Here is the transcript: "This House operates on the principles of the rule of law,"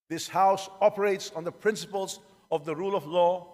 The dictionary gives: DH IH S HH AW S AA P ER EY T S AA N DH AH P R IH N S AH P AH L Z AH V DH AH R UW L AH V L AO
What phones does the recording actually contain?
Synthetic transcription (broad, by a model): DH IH S HH AW S AA P ER EY T S N DH AH P R IH N S AH P AH L Z AH V DH AH R UW L AH V L AO